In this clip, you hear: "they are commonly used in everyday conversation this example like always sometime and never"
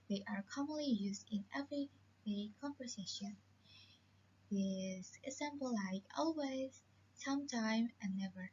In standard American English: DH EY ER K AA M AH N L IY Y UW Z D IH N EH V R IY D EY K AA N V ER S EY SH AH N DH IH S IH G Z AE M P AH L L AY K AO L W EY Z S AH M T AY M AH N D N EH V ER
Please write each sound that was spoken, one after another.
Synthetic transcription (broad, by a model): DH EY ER K AA M AH N L IY Y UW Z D IH N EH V R IY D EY K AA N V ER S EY SH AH N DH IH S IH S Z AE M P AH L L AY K AO L W EY Z S AH M T AY M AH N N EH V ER